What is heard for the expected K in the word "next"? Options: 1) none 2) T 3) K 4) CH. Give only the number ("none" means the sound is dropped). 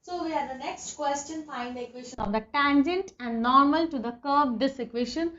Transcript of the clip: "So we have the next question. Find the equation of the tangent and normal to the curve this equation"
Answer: 3